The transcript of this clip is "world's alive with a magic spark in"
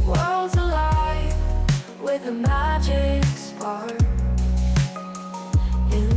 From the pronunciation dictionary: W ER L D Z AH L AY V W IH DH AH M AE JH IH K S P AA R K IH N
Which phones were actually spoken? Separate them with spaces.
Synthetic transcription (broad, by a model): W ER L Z AH L AY V W IH DH AH M AE JH IH K S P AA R IH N